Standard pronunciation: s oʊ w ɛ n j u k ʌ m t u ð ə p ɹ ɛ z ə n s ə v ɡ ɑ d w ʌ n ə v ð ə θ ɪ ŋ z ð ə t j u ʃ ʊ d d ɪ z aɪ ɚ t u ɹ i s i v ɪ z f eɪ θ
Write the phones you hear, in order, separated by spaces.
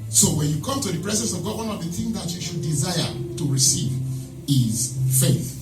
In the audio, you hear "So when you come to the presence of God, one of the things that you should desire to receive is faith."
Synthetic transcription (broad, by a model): s oʊ w ɛ n j u k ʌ m t u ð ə p ɹ ɛ z ə n s ə v ɡ ɑ d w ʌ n ə v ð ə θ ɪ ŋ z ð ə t j u ʃ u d d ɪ z aɪ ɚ t u ɹ i s i v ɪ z f eɪ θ